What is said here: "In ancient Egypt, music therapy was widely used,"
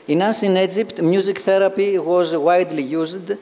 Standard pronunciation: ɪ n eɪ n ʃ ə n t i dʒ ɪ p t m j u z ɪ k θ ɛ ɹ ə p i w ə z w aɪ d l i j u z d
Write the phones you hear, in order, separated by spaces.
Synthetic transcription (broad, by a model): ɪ n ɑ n s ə n i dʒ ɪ p t m j u z ɪ k θ ɛ ɹ ə p i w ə z w aɪ d l i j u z d